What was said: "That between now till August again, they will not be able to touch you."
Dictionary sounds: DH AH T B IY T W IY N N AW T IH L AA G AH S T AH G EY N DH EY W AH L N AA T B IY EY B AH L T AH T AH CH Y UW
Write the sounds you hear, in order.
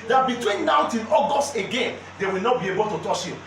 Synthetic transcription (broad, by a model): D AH T B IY T W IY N N AW T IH N AA G AH S T AH G EY N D EY W AH L N AA T B IY EY B AH L T AH T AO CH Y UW